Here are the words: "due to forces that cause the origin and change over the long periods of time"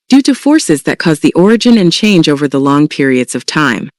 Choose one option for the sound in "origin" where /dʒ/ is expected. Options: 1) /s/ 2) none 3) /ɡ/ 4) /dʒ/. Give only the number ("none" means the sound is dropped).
4